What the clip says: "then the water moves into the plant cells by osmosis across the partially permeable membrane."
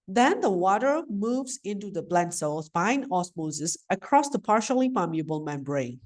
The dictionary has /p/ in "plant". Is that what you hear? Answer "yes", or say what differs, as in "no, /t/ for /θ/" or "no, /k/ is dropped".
no, /b/ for /p/